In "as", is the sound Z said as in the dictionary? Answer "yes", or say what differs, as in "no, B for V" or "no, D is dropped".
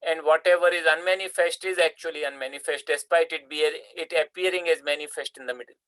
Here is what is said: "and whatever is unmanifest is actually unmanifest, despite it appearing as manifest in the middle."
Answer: yes